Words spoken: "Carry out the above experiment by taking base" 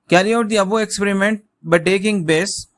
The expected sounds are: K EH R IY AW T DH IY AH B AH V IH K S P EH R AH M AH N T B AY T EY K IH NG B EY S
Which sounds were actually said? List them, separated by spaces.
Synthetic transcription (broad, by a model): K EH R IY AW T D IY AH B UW IH K S P EH R AH M AH N T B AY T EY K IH NG B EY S